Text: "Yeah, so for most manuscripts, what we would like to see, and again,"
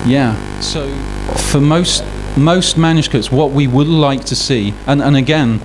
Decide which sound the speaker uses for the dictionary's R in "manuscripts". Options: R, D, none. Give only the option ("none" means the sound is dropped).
none